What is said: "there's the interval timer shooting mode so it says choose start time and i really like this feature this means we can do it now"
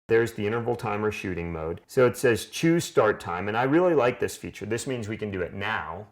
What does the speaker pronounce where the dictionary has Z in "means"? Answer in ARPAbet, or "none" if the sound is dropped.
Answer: Z